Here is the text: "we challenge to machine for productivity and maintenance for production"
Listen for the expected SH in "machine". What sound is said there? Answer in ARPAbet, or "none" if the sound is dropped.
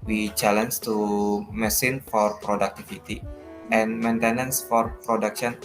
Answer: S